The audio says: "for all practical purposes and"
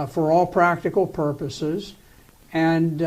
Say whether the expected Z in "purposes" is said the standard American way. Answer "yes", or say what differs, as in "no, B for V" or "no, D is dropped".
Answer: yes